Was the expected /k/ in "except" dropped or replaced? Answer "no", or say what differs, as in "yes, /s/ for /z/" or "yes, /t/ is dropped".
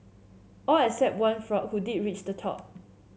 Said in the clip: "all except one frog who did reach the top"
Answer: yes, /k/ is dropped